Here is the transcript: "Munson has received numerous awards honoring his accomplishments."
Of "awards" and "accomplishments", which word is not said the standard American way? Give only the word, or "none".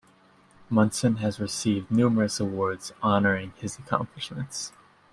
none